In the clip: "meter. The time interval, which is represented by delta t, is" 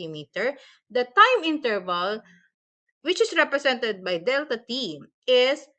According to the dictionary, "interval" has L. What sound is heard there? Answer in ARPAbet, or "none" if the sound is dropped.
L